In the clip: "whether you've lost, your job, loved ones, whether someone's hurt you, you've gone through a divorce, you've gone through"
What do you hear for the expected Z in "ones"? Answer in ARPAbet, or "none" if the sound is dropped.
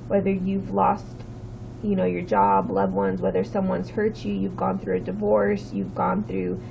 Z